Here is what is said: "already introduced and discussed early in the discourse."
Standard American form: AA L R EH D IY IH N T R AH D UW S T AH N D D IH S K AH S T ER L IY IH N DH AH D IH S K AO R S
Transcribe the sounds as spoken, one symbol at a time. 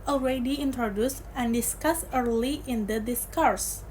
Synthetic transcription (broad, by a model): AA L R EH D IY IH N T R AH D UW S T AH N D D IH S K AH S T ER L IY IH N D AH D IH S K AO R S